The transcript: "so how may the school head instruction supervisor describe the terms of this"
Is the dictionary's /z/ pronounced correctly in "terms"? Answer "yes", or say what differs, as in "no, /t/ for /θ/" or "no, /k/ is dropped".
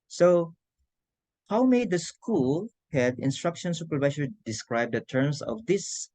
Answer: no, /s/ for /z/